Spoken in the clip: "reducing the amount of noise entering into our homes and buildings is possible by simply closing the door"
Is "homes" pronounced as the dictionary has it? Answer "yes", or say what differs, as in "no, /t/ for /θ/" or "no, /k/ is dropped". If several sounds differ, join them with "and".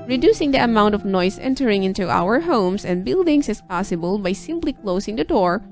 no, /s/ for /z/